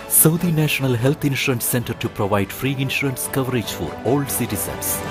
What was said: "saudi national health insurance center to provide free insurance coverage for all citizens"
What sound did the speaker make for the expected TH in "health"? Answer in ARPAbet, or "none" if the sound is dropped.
T